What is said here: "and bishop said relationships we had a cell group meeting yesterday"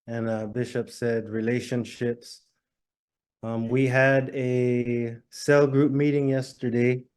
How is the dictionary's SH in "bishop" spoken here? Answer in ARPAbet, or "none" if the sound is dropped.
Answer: SH